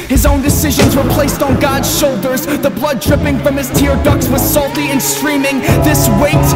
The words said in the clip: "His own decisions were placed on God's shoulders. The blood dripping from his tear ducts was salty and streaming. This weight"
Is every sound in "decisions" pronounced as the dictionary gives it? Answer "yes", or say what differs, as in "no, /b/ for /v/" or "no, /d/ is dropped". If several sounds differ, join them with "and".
yes